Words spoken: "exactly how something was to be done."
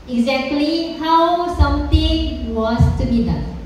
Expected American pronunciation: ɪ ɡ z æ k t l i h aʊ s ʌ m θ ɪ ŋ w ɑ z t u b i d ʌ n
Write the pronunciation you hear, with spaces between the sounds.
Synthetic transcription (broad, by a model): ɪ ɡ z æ k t l i h aʊ s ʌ m t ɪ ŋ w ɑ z t u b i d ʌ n